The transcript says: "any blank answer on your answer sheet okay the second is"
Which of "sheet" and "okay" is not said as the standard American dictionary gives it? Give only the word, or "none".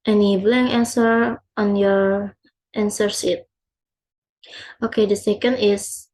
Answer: sheet